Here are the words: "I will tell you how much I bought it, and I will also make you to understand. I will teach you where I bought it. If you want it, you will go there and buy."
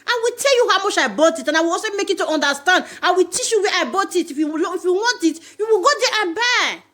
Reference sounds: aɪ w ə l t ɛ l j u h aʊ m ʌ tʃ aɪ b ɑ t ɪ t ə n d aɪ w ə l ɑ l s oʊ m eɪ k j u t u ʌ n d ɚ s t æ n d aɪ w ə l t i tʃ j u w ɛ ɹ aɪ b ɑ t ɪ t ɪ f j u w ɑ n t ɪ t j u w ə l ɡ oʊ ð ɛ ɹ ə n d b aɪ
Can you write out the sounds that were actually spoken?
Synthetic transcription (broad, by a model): aɪ w ə l t ɛ l j u h aʊ m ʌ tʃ aɪ b ɑ t ɪ t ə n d aɪ w ə l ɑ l s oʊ m eɪ k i t u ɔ n d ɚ s t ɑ n d aɪ w ə l t i tʃ j u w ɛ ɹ aɪ b ɑ t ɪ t ɪ f j u w ɑ n t ɪ t j u w ə l ɡ oʊ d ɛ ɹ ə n b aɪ